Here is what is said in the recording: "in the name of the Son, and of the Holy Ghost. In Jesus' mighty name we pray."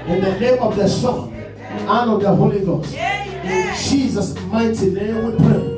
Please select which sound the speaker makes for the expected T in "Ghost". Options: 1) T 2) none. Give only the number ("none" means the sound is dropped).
2